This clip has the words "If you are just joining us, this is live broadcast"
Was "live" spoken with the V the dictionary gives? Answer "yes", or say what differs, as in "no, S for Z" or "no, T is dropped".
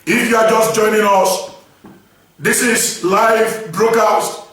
yes